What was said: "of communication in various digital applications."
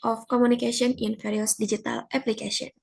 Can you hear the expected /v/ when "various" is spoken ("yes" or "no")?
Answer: no